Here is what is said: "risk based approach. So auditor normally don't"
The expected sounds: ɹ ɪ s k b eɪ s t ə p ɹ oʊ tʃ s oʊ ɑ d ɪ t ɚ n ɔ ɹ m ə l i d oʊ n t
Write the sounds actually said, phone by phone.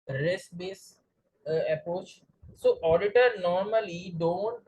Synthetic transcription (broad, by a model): ɹ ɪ s b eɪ s ə p ɹ oʊ tʃ s oʊ ɑ d ɪ t ɚ n ɔ ɹ m ə l i d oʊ n t